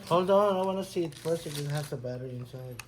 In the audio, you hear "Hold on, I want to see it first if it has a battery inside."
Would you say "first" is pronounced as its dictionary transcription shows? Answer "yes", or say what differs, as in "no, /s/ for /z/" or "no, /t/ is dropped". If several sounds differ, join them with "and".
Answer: no, /t/ is dropped